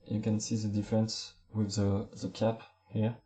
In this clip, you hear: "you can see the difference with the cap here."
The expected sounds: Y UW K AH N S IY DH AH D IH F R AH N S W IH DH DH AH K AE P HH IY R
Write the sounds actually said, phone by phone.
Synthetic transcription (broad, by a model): Y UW K AH N S IY DH AH D IH F R AH N S W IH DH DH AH K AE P HH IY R